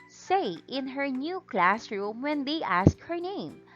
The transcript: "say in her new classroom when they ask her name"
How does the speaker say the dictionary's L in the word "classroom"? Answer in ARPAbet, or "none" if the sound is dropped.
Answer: L